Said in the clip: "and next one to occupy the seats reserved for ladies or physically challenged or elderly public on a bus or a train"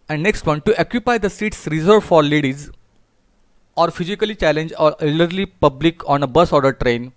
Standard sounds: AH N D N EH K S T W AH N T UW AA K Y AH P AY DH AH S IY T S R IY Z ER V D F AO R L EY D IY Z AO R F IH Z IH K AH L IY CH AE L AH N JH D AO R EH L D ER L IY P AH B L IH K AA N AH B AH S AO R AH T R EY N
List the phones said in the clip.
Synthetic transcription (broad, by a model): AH N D N EH K S T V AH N T UW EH K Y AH P AY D AH S IY T S R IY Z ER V F AO R L EY D IY Z AO R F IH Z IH K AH L IY CH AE L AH N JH AO L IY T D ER L IY P AH B L IH K AA N AH B AH S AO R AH T R EY N